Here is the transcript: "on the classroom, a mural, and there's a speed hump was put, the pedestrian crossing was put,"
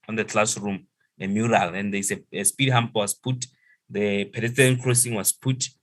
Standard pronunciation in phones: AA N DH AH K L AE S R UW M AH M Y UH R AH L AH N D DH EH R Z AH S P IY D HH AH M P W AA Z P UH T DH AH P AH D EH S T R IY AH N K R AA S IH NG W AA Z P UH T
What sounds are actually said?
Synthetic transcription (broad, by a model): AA N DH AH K L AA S R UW M AH M Y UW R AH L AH N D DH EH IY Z AH S P IY D HH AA M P W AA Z P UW T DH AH P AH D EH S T IY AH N K R AA S IH NG W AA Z P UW T